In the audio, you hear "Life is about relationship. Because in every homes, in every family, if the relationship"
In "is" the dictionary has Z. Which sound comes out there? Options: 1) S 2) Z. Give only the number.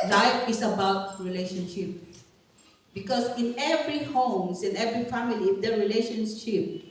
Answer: 1